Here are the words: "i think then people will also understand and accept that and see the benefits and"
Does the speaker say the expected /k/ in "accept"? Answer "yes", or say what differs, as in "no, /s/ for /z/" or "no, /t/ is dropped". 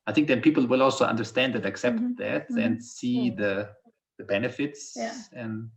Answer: yes